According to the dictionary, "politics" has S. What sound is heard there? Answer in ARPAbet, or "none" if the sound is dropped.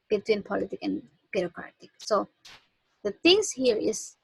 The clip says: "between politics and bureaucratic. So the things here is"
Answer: none